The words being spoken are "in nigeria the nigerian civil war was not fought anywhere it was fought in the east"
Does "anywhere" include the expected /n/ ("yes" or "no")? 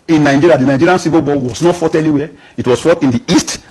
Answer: no